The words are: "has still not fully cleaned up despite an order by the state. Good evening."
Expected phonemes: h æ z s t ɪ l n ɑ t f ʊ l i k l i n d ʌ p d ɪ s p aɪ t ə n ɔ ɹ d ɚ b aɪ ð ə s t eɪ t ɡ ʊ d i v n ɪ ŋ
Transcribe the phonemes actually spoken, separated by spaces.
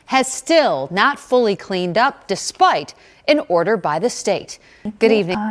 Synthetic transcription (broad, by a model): h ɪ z s t ɪ l n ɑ t f ʊ l i k l i n d ʌ p d ɪ s p aɪ t ə n ɔ ɹ d ɚ b aɪ ð ə s t eɪ t ɡ ʊ d i v n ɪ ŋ